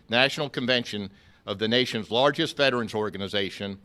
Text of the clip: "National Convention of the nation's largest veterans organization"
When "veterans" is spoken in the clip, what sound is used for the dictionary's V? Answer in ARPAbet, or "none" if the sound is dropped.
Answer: F